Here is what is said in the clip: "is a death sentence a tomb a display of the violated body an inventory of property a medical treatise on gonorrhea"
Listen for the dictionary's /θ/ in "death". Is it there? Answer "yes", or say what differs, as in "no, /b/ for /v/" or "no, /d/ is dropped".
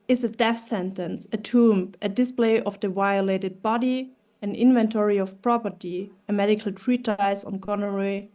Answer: no, /f/ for /θ/